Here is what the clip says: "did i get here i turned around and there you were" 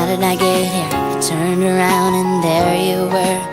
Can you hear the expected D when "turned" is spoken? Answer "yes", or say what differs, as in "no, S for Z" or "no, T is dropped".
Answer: yes